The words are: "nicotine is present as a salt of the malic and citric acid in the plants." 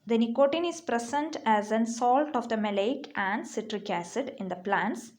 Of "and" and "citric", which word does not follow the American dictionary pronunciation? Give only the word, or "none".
none